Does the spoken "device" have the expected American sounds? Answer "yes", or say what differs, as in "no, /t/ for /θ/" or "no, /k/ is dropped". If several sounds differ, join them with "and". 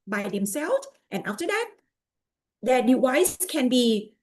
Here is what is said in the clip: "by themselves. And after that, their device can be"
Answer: no, /w/ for /v/